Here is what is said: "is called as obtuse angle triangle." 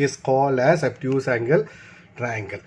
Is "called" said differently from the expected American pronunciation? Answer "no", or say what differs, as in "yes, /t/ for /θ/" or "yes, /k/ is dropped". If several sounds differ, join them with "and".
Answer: yes, /d/ is dropped